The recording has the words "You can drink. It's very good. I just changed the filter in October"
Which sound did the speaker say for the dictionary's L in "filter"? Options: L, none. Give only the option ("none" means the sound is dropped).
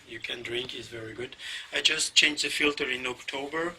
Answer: L